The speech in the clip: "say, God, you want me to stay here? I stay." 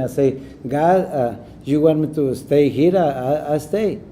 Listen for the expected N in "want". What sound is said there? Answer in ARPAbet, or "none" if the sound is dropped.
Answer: none